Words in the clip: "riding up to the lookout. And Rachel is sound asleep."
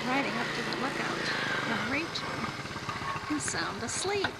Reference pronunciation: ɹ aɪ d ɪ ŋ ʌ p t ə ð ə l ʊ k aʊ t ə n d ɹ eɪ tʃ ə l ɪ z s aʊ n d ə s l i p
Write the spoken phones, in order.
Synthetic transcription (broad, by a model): ɹ aɪ d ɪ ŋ ʌ p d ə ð l ʊ k aʊ t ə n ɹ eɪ ə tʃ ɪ s aʊ n d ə s l i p